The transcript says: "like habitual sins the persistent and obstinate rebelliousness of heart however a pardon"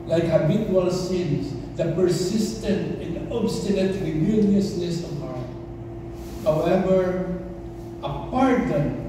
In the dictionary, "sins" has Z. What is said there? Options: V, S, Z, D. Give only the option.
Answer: S